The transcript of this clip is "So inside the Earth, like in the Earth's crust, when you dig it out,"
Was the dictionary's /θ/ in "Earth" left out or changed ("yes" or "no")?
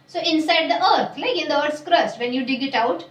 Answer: yes